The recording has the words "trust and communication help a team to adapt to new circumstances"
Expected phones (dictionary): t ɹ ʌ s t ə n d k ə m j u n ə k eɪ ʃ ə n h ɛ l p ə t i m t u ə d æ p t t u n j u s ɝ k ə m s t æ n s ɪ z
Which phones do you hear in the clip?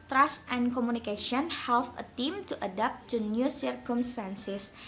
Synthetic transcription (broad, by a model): t ɹ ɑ s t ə n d k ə m u n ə k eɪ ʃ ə n h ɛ l f ə t i m t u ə d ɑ p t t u n j u s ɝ k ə m s t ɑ n s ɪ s